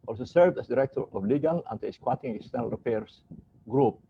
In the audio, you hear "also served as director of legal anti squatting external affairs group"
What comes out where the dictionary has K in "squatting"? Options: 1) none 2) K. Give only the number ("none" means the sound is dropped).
2